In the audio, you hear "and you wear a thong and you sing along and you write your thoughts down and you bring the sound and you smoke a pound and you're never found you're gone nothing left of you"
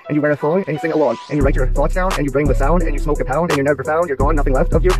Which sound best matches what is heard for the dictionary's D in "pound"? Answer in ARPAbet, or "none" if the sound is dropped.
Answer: D